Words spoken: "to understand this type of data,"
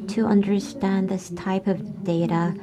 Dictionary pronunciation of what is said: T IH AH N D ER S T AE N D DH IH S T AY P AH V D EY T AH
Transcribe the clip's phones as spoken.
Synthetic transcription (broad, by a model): T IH AH N D ER S T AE N DH IH S T AY P AH V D EY T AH